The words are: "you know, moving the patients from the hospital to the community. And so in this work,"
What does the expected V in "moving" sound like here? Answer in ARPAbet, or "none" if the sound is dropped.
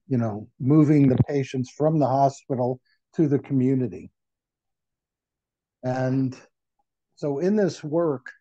V